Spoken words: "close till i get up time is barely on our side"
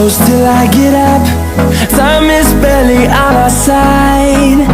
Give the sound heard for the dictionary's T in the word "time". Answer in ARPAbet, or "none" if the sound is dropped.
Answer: S